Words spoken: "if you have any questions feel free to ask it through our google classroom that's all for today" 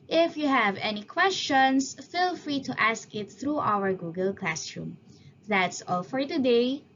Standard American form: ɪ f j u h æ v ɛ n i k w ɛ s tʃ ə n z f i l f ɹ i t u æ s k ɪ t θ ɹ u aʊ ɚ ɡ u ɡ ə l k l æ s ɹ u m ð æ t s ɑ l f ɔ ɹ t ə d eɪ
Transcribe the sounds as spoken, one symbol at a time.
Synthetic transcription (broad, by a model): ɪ f j u h æ v ɛ n i k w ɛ s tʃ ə n s f i l f ɹ i t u æ s k ɪ t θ ɹ u aʊ ɚ ɡ u ɡ ə l k l æ s ɹ u m ð æ t s ɑ l f ɔ ɹ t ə d eɪ